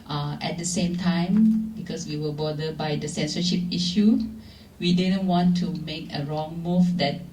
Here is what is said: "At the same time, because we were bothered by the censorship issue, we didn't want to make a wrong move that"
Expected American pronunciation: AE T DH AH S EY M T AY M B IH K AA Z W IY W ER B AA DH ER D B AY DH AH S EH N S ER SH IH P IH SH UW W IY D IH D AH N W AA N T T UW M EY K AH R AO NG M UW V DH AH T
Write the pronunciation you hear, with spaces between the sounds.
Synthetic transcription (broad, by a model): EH T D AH S EY M T AY M B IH K AA S W IY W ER B AA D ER B AY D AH S EH N S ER SH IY P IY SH UW W IY D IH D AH N W AA N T T UW M EY K AH R AO NG M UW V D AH T